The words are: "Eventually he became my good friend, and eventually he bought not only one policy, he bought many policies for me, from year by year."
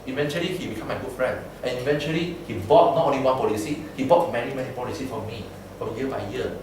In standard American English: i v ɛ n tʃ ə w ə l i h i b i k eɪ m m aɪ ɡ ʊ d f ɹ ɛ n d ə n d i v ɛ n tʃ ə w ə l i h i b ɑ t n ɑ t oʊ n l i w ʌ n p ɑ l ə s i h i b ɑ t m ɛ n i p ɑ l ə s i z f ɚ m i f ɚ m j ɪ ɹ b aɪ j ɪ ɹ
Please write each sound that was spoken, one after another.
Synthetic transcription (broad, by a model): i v ɛ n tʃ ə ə l i h i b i k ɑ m m aɪ ɡ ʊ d f ɹ ɛ n d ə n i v ɛ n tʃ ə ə l i h i b ɑ t n ɑ t oʊ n l i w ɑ n p ɑ l ə s i h i b ɑ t m ɛ n i p ɑ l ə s i f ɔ m i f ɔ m j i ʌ b aɪ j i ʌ